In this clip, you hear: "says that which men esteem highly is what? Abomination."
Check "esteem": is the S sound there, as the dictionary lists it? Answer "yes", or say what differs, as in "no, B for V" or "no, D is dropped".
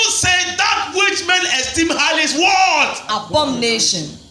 yes